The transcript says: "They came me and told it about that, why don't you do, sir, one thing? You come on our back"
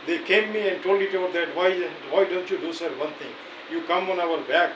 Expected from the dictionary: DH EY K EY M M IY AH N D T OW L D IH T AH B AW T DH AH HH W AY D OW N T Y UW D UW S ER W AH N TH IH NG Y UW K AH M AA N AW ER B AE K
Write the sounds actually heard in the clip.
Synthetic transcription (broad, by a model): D EY K EY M M IY AH N D T OW L D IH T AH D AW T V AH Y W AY D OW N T Y UW D UW S ER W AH N T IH NG Y UW K AH M AA N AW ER B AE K